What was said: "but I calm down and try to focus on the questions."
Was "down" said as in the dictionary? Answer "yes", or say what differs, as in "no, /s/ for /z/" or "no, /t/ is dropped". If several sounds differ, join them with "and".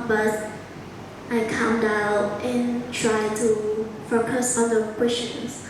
no, /l/ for /n/